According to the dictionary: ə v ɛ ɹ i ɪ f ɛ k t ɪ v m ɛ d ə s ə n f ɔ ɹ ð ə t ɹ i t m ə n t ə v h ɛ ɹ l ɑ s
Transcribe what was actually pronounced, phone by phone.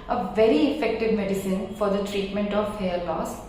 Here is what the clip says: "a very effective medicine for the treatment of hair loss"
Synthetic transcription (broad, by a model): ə v ɛ ɹ i ɪ f ɛ k t ɪ v m ɛ d ə s ə n f ɔ ɹ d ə t ɹ i t m ə n t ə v h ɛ l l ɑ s